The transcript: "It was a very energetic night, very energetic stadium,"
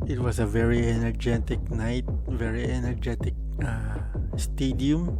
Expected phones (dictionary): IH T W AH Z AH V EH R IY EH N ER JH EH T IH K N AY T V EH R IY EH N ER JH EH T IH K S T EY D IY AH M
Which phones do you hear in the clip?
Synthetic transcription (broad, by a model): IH T W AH S AH V EH R IY EH N ER JH EH T IH K N AY T V EH R IY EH N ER JH EH T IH K S T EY D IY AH M